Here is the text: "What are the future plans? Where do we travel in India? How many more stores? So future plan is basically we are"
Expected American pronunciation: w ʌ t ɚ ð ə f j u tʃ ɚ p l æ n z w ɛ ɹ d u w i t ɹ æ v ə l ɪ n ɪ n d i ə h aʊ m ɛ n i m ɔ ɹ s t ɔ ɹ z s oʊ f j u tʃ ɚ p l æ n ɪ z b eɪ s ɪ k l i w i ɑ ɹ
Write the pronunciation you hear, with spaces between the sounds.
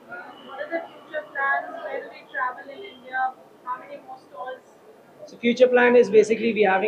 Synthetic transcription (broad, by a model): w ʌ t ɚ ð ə f j u tʃ ɚ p l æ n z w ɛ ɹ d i t ɹ æ v ə l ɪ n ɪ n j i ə h aʊ m ɛ n i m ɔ s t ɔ l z s oʊ f j u tʃ ɚ p l æ n ɪ z b eɪ s ɪ k l i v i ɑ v